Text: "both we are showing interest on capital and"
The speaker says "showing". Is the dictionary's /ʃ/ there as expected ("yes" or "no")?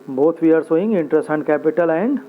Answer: no